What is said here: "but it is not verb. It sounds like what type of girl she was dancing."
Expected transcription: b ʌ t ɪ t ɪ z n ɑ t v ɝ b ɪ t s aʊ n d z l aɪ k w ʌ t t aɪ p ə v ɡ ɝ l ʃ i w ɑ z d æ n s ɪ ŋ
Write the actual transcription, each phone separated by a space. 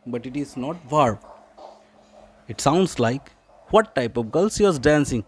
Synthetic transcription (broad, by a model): b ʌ t ɪ t ɪ z n ɑ t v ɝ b ɪ t s aʊ n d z l aɪ k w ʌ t t aɪ p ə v ɡ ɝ l s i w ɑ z d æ n s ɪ ŋ